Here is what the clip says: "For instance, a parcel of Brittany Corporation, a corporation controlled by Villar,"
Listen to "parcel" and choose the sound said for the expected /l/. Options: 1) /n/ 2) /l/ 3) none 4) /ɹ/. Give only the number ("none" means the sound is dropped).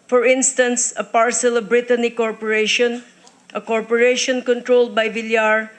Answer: 2